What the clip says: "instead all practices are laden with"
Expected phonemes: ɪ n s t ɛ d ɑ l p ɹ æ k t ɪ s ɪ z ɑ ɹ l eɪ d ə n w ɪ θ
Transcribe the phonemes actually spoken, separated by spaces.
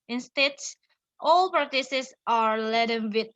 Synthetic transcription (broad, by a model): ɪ n s t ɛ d ɑ l p ɹ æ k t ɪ s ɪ s ɑ ɹ l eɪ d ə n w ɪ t